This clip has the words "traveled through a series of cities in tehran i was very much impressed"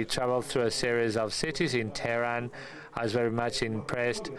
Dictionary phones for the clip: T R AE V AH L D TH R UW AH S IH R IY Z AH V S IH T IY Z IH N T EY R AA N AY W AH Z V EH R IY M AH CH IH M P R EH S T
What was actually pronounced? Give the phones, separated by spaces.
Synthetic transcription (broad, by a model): T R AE V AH L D TH R UW AH S IH R IY Z AH V S IH T IY Z IH N T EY R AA N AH Z V EH R IY M AH CH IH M P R EH S T